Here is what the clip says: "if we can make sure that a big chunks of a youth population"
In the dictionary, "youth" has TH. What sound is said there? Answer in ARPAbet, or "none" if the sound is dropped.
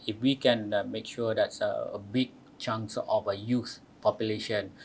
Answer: S